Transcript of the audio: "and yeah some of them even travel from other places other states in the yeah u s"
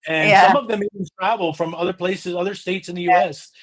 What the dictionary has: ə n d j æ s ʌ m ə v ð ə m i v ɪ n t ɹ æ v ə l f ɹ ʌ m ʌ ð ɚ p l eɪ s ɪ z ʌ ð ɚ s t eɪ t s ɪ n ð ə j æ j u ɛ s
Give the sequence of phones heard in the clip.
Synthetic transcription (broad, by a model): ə n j s ʌ m ə v ð ə m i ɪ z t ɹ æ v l f ɹ ʌ m ʌ ð ɚ p l eɪ s ɪ z ʌ ð ɚ s t eɪ t s ɪ n ð ə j j u ɛ s